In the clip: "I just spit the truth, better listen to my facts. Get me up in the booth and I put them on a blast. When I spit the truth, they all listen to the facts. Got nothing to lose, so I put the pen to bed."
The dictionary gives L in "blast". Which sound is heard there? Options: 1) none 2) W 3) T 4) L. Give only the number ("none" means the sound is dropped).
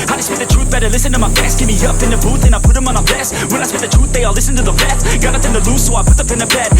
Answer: 1